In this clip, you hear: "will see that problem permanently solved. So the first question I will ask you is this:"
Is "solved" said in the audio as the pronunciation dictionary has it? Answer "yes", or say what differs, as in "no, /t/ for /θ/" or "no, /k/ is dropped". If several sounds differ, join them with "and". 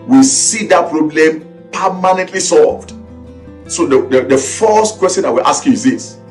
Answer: yes